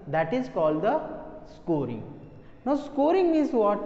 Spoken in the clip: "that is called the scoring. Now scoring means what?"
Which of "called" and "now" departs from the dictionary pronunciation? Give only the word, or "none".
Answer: none